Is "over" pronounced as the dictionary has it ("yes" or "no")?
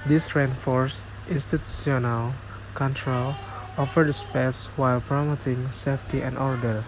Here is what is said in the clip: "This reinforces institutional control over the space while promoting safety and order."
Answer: no